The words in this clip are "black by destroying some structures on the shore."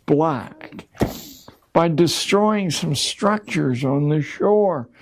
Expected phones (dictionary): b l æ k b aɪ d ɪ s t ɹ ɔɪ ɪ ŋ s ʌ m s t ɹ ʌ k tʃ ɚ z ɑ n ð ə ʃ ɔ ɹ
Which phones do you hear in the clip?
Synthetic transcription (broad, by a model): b l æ k b aɪ d ɪ s t ɹ ɔɪ ɪ ŋ s ʌ m s t ɹ ʌ k tʃ ɚ z n ð ə ʃ ɔ ɹ